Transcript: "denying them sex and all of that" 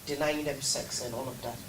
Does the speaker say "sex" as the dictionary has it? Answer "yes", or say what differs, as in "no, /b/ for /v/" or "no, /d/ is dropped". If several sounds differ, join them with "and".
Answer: yes